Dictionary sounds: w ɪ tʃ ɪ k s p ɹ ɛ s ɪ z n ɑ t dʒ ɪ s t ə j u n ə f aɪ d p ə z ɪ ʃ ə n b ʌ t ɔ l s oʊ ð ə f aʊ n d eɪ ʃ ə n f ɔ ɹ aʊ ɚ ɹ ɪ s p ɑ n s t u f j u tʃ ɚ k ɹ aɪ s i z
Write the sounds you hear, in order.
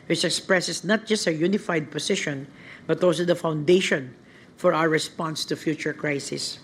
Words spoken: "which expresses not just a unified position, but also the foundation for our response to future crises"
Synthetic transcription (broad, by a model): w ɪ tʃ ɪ k s p ɹ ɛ s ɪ s n ɑ t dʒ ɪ s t ə j u n ə f aɪ d p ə s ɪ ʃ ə n b ʌ t ɔ l s oʊ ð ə f aʊ n d eɪ ʃ ə n f ɔ ɹ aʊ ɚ ɹ ɪ s p ɑ n s t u f j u tʃ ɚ k ɹ aɪ s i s